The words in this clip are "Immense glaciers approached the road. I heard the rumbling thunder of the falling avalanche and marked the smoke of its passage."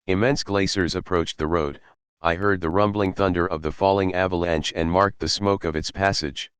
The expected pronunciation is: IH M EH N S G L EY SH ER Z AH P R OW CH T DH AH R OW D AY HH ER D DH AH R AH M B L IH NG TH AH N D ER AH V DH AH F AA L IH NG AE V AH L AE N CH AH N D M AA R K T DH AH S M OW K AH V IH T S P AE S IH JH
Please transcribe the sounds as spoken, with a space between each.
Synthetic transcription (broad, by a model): IH M EH N S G L EY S ER Z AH P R OW CH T DH AH R OW D AY HH ER D DH AH R AH M B L IH NG TH AH N D ER AH V DH AH F AA L IH NG AE V AH L AE N CH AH N M AA R K T DH AH S M OW K AH V IH T S P AE S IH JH